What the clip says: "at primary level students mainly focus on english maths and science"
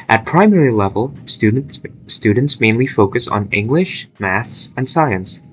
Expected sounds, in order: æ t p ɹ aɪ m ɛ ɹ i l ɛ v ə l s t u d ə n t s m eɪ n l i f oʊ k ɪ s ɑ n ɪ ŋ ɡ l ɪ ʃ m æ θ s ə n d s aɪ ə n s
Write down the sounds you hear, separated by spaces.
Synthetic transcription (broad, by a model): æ t p ɹ aɪ m ɛ ɹ i l ɛ v ə l s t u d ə n t s m eɪ n l i f oʊ k ɪ s n ɪ ŋ ɡ l ɪ ʃ m æ θ s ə n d s aɪ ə n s